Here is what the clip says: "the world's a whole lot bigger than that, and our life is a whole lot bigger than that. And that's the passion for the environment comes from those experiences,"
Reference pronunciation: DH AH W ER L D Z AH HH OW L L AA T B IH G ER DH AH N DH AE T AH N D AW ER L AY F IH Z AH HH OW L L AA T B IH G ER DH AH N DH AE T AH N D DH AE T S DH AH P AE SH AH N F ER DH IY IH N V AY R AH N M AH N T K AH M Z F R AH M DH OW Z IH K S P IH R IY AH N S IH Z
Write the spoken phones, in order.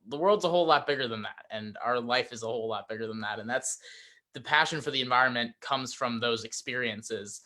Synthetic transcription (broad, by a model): DH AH W ER L D Z AH HH OW L L AA T B IH G ER DH AH N DH AE T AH N AW ER L AY F IH Z AH HH OW L L AA T B IH G ER DH AH N DH AE T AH N DH AE T S DH AH P AE SH AH N F ER DH IY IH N V AY R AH N M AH N K AH M Z F R AH M DH OW Z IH K S P IH R IY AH N S IH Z